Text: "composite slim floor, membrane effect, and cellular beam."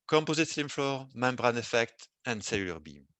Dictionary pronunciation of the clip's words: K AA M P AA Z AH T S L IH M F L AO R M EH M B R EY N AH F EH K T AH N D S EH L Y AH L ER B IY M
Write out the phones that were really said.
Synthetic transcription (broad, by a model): K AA M P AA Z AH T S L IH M F L AO R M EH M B R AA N AH F EH K T AH N D S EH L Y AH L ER B IY M